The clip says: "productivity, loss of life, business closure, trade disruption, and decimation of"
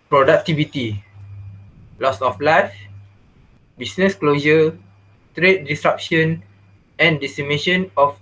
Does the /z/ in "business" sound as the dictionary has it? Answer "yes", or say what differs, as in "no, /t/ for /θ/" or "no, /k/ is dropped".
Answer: no, /s/ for /z/